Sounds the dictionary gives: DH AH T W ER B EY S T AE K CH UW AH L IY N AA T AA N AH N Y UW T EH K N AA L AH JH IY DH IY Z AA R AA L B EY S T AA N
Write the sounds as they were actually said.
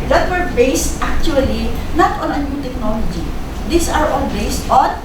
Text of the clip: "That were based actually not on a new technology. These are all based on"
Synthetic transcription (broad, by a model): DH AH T W ER B EY S T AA K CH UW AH L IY N AA T AA N AH N Y UW T EH K N AA L AH JH IY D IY S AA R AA N B EY S T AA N